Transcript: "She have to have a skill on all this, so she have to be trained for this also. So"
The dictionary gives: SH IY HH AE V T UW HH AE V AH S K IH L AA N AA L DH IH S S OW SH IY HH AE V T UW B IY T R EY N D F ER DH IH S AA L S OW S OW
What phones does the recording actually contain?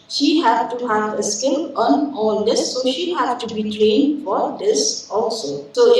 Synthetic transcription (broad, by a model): SH IY HH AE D T UW HH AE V AH S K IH N AA N AA L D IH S S OW SH IY HH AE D T UW B IY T L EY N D F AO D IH S AA L S OW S OW